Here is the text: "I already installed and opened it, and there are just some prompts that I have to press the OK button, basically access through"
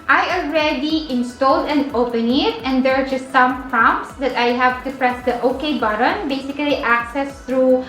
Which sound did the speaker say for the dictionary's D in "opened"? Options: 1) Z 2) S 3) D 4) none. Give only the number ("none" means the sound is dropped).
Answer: 4